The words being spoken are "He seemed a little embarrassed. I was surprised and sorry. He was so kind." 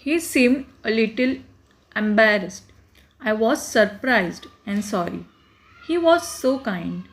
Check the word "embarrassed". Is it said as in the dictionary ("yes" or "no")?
yes